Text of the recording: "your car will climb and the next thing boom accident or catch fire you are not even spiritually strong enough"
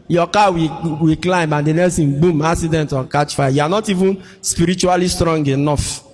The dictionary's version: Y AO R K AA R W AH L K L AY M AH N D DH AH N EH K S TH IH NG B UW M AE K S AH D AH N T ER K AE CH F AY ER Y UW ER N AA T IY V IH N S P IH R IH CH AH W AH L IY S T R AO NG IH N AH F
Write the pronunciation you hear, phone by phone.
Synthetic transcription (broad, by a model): Y AO K AA W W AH K L AY M AH N D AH N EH S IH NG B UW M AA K S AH D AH N T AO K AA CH F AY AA Y UW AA N AA T IY V IH N S P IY R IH CH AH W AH L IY S T R AO NG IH N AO F